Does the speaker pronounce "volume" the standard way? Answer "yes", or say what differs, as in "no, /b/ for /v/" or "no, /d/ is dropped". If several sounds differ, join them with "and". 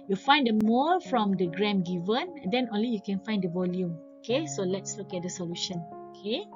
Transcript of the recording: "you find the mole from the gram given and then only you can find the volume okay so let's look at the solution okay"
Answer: yes